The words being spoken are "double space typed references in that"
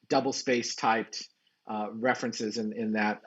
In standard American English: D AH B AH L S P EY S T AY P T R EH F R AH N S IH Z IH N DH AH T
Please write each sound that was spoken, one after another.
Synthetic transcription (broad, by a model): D AH B L S P EY S T AY P T R EH F R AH N S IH Z IH N DH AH T